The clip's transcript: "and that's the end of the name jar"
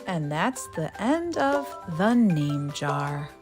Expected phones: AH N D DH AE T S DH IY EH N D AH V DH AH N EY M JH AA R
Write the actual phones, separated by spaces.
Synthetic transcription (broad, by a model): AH N DH AE T S DH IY EH N D AH V DH AH N EY M JH AA R